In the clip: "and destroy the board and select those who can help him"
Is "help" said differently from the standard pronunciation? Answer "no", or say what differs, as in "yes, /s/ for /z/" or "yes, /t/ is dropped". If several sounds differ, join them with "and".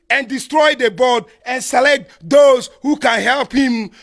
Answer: no